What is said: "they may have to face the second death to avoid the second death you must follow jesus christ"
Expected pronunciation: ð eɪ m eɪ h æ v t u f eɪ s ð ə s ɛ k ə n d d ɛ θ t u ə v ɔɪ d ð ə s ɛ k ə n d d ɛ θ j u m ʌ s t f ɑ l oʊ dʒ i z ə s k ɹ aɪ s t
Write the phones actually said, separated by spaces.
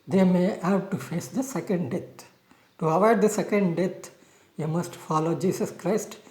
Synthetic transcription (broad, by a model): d eɪ m eɪ h æ v t u f eɪ s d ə s ɛ k ə n d d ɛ t t u ə v ɔɪ d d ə s ɛ k ə n d d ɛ t j u m ʌ s t f ɑ l oʊ dʒ i s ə s k ɹ aɪ s t